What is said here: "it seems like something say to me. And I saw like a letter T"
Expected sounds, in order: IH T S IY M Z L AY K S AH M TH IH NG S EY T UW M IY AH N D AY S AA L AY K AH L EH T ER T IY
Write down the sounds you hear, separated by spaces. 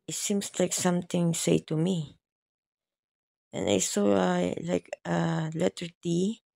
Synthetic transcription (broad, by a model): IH T S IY M S L AY K S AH M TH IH NG S EY T UW M IY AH N AY S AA L AY K AH L EH T ER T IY